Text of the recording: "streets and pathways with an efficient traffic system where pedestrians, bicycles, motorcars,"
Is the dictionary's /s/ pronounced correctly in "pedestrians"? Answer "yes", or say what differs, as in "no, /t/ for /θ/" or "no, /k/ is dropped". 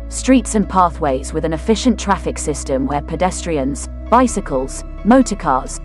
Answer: yes